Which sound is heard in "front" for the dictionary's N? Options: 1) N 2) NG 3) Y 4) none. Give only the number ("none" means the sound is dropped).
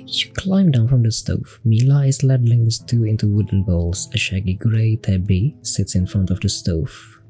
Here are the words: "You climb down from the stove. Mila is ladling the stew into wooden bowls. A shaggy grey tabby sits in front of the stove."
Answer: 1